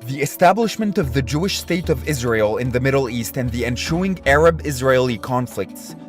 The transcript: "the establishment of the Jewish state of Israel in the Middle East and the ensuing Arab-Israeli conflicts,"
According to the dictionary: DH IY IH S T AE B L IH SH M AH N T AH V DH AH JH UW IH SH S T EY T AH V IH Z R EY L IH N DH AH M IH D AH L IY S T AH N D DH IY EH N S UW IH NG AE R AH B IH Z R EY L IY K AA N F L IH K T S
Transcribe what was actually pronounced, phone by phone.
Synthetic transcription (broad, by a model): DH IY IH S T AE B L IH SH M AH N T AH V DH AH JH UW IH SH S T EY T AH V IH Z R EY L IH N DH AH M IH D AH L IY S T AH N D DH IY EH N SH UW IH NG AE R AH B IH Z R EY L IY K AA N F L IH K T S